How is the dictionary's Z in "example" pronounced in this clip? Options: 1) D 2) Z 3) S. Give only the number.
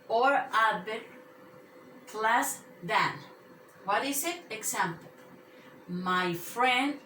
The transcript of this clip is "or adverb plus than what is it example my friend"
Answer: 3